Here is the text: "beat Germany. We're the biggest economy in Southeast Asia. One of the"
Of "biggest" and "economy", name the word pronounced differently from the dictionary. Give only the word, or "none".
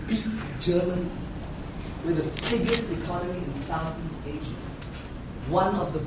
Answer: none